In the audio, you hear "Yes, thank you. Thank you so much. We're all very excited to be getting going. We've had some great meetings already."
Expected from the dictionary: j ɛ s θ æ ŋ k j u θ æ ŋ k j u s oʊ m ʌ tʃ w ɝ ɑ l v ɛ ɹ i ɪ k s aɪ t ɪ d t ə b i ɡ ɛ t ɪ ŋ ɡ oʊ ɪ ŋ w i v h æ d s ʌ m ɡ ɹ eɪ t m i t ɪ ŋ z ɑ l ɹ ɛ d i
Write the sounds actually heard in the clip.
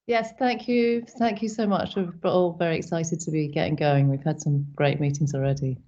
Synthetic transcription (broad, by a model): j ɛ s θ æ ŋ k j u θ æ ŋ k j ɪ s oʊ m ʌ tʃ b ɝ ɑ l v ɛ ɹ i ɪ k s aɪ t ɪ d t ə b i ɡ ɛ t ɪ ŋ ɡ oʊ ɪ ŋ w i v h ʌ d s ʌ m ɡ ɹ eɪ t m i t ɪ ŋ z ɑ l ɹ ɛ d i